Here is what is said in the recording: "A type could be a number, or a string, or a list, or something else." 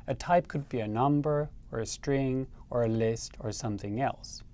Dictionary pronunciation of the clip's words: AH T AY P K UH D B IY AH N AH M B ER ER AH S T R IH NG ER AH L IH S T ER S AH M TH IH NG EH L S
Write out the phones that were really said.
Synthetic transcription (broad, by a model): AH T AY P K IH D B IY AH N AH M B ER ER AH S T R IH NG ER AH L IH S T ER S AH M TH IH NG EH L S